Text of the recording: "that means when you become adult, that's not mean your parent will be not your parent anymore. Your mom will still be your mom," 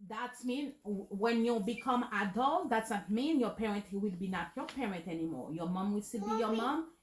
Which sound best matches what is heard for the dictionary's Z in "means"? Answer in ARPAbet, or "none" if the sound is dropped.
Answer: none